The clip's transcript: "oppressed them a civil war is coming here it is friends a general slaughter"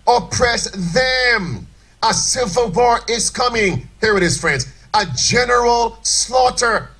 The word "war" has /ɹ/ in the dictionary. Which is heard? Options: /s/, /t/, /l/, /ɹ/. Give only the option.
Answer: /ɹ/